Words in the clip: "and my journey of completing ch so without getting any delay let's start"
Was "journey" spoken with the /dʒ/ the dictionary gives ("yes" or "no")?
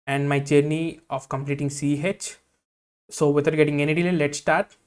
no